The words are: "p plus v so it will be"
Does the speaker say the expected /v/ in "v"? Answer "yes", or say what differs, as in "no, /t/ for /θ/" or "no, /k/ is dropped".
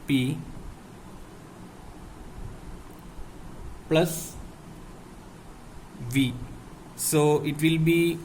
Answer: yes